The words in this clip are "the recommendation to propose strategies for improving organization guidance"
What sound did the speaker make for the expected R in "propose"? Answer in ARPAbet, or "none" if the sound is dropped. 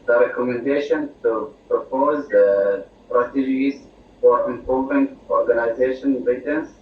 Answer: R